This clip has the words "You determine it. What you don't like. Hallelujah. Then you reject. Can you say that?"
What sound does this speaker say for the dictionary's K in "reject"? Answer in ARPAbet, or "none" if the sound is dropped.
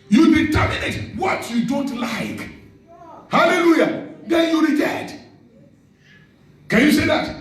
none